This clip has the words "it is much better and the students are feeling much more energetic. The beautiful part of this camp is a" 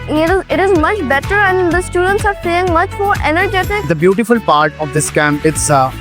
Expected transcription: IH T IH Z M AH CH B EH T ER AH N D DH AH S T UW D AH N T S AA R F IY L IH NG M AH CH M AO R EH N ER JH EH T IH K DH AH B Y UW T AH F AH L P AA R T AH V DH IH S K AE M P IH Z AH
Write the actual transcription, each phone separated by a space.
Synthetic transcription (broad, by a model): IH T IH Z M AH CH B EH T ER AH N D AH S T UW D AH N T S AA R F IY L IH NG M AH CH M AO R EH N ER JH EH T IH K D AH B Y UW T AH F AH L P AA R T AH V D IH S K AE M IH S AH